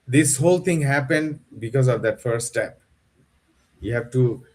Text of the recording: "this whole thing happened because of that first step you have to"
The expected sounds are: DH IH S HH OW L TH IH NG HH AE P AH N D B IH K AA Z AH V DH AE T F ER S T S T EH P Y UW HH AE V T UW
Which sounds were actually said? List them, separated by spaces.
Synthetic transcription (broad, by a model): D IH S HH OW L T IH NG HH AE P AH N D B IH K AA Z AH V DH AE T F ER T S T EH P Y UW HH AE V T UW